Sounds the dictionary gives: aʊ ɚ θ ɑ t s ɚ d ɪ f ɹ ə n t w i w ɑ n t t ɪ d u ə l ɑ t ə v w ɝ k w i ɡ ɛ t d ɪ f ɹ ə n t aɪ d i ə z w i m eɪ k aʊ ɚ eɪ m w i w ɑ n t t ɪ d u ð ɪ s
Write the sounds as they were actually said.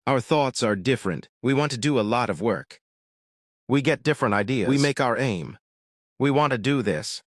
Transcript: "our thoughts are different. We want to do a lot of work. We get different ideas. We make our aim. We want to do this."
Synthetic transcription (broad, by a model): aʊ ɚ θ ɑ t s ɚ d ɪ f ɹ ə n t w i w ɑ n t t ɪ d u ə l ɑ t ə v w ɝ k w i ɡ ɛ t d ɪ f ɹ ə n t aɪ d i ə w i m eɪ k aʊ ɚ eɪ m w i w ɑ n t t ɪ d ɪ ð ɪ s